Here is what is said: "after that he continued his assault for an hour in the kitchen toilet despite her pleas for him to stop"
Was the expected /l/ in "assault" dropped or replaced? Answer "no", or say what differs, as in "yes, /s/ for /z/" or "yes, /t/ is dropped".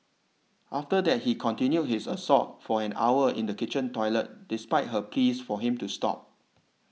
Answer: yes, /l/ is dropped